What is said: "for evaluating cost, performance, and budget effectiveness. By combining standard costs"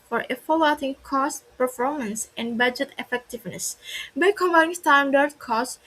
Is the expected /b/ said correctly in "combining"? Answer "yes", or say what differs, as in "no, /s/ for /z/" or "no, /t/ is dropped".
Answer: no, /b/ is dropped